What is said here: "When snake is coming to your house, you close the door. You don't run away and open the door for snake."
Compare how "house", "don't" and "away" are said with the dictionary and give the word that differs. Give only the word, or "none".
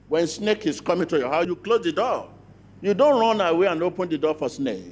house